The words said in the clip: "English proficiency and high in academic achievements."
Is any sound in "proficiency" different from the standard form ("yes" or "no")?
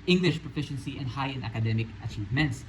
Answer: no